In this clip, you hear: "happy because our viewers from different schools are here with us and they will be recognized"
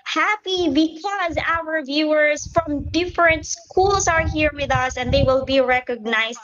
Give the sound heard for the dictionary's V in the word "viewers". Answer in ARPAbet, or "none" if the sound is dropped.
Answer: V